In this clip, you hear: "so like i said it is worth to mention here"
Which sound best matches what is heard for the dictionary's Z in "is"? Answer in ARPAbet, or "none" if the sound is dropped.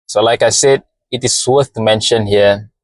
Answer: S